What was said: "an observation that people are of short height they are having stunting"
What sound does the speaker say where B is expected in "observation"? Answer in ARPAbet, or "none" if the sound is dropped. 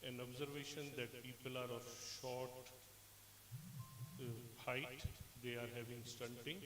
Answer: B